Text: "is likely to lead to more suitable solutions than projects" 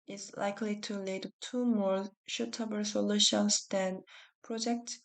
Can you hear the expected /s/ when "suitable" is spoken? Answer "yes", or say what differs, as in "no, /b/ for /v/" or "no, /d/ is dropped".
no, /ʃ/ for /s/